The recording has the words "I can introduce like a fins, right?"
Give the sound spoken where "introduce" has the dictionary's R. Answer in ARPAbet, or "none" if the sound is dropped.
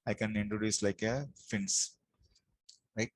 R